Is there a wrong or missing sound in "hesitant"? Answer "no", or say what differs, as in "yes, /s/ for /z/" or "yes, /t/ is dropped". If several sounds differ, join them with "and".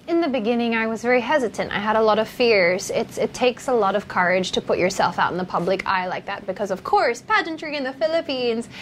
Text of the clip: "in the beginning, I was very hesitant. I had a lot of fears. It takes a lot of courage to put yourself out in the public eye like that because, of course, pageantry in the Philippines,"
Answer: no